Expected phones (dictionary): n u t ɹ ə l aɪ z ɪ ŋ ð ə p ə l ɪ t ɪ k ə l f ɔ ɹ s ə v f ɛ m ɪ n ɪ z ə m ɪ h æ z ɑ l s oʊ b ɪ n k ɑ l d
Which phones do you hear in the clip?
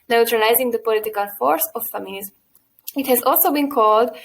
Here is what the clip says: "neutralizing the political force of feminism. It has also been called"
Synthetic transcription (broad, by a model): n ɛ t ɹ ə l aɪ z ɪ ŋ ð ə p ə l ɪ t ɪ k ə l f ɔ ɹ s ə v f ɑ m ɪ l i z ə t h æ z ɑ l s oʊ b ɪ n k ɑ l d